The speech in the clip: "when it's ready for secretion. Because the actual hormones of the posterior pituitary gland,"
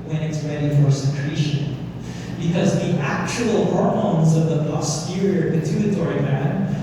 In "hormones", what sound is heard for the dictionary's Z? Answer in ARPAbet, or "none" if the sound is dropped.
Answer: Z